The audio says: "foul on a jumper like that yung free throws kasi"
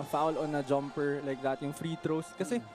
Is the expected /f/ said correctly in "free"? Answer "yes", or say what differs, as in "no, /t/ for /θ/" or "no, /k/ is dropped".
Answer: yes